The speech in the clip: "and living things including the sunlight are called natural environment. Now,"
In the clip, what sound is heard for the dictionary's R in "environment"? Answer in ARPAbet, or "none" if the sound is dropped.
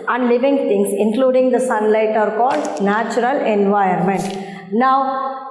none